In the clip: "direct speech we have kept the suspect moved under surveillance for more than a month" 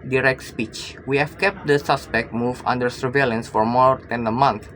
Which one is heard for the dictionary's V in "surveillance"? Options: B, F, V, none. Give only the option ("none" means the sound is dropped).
V